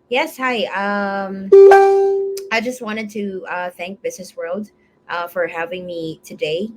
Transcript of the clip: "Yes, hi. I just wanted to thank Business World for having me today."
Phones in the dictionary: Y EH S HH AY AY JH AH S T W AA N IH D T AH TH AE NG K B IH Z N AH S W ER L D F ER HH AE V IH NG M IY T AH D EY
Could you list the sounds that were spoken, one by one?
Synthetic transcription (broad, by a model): Y EH S HH AY AY JH AH S T W AA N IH D T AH TH AE NG K B IH Z N AH S W ER L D F ER HH AE V IH NG M IY T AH D EY